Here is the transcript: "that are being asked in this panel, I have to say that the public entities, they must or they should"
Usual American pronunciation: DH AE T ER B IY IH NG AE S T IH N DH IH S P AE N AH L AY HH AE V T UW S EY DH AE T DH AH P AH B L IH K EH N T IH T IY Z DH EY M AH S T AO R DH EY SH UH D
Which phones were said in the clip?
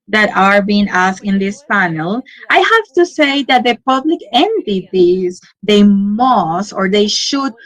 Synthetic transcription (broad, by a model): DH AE T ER B IY IH NG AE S IH N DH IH S P AE N AH L AY HH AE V T UW S EY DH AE T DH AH P AH B L IH K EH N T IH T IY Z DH EY M AH S T AO R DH EY SH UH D